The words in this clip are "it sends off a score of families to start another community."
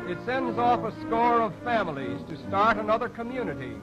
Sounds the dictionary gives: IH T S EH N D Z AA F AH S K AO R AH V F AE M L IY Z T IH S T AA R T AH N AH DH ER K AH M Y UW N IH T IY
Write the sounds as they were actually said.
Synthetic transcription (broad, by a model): IH T S EH N D Z AA F AH S K AO R AH V F AE M L IY Z T IH S T AA R T AH N AH DH ER K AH M Y UW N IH T IY